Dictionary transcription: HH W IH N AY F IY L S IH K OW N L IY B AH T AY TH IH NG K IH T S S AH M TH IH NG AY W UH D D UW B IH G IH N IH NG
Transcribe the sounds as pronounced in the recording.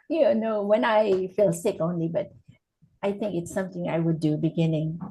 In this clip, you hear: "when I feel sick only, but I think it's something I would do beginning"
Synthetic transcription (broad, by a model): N W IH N AY F IY L S IH K OW N L IY B AH T AY TH IH NG K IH T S S AH M TH IH NG AY W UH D D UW B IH G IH N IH NG